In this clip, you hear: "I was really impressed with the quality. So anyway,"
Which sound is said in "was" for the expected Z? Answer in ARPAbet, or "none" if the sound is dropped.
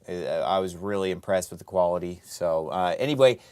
Z